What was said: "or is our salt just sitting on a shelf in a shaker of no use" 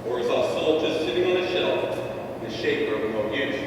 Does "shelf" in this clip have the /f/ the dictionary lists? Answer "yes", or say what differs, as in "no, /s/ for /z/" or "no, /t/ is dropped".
no, /f/ is dropped